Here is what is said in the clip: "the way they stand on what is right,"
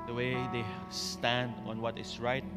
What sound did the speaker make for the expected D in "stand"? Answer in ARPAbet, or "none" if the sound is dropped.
D